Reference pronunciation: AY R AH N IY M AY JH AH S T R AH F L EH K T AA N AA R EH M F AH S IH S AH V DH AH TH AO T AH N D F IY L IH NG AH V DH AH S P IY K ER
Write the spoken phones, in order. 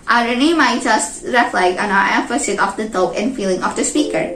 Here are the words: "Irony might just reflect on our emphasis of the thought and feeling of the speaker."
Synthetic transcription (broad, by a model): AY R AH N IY M AY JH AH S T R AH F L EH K AA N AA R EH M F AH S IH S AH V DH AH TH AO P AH N F IY L IH NG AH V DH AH S P IY K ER